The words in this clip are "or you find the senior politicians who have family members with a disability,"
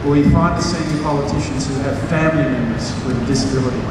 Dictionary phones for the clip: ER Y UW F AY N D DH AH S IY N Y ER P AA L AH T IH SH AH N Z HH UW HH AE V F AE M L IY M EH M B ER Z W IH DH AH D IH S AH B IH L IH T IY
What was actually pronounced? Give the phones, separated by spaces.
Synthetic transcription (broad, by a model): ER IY F AY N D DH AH S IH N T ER P AA L AH T IH SH AH N Z HH UW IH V F AE M L IY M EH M ER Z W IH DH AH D IH S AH B IH L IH T IY